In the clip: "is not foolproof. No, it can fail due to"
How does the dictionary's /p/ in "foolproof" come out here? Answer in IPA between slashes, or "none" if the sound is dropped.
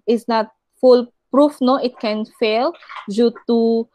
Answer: /p/